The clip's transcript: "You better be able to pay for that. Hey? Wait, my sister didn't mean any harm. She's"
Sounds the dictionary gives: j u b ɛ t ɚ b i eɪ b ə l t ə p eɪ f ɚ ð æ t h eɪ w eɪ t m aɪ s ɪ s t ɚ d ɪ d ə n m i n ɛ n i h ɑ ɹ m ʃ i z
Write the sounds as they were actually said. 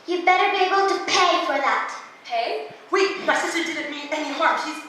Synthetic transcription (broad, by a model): j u b ɛ t ɚ b i eɪ b ə l t ə p eɪ f ɚ ð æ t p eɪ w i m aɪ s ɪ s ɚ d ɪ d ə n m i ɛ n i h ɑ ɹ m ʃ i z